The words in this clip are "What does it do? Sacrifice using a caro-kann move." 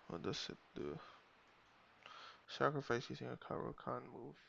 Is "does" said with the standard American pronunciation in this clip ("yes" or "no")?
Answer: no